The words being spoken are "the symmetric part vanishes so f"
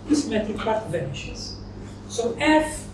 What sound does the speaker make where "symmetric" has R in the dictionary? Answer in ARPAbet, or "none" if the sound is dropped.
none